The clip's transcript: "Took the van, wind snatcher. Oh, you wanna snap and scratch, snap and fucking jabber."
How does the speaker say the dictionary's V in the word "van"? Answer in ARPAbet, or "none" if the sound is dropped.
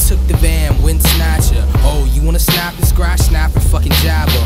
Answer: B